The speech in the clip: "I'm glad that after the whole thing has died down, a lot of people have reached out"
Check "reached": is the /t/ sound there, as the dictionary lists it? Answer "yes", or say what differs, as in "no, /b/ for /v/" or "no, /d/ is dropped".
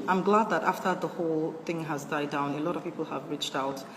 yes